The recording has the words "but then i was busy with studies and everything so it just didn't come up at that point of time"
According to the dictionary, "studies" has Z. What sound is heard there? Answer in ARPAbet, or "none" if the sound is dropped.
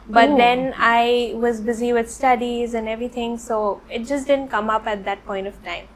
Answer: Z